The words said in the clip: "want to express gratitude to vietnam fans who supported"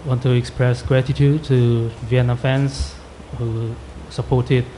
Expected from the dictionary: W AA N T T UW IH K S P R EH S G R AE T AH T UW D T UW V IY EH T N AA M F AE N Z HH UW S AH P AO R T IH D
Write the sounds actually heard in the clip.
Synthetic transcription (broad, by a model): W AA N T T UW IH K S P R EH S G R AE T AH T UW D T UW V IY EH N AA F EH N S HH UW S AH P AO T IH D